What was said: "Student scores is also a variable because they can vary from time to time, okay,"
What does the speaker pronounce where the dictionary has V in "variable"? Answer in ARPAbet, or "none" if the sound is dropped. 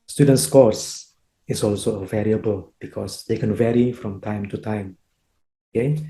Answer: V